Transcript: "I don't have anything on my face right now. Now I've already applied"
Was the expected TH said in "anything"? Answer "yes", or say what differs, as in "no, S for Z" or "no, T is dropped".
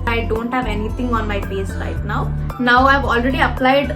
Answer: no, T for TH